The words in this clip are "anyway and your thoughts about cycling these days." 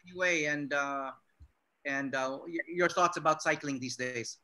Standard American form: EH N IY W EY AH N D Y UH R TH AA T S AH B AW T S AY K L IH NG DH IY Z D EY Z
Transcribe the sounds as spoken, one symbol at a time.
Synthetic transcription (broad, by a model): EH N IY W EY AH N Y Y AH R TH AA T S AH B AW T S AY K L IH NG DH IY Z D EY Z